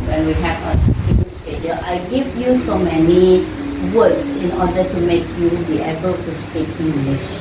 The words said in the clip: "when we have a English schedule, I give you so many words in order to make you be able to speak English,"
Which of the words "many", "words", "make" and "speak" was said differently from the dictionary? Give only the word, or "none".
words